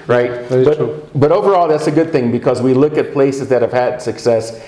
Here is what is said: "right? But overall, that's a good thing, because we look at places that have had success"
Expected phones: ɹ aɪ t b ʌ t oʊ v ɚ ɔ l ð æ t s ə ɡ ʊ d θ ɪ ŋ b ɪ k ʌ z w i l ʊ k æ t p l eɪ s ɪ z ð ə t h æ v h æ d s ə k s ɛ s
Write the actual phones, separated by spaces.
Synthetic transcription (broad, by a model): ɹ aɪ t b ʌ t oʊ v ɚ ɔ l ð æ t s ə ɡ ʊ d θ ɪ ŋ b ɪ k ʌ z w i l ʊ k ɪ t p l eɪ s ɪ z ð ə t h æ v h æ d s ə k s ɛ s